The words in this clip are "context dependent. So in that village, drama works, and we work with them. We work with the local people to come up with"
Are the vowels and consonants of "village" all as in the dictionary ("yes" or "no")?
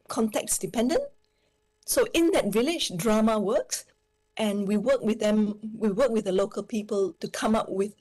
yes